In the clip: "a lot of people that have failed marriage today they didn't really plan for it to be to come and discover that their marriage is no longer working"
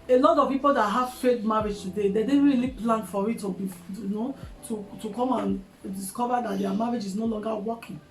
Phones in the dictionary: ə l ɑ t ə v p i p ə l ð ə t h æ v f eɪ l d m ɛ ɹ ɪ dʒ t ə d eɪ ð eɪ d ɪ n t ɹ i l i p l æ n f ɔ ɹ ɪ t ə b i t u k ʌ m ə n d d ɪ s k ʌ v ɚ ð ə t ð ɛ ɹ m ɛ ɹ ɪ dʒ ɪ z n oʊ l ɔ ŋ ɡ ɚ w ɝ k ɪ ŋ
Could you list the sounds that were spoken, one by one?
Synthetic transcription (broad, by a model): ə l ɑ t ə v p i p ə l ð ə t h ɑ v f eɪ d m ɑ ɹ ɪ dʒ t ə d eɪ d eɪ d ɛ ɹ i l i p l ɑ n f ɔ ɹ ɪ t ə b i t u k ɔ m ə n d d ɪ s k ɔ v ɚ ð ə t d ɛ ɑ m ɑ ɹ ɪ dʒ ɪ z n oʊ l ɔ ŋ ɡ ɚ w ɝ k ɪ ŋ